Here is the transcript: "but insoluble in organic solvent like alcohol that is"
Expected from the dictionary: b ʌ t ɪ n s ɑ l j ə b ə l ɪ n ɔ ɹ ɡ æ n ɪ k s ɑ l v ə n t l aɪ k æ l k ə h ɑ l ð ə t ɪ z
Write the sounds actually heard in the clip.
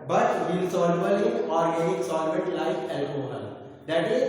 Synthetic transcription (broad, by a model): b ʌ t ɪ l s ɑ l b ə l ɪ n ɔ ɹ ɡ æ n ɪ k s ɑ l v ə t l aɪ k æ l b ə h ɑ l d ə t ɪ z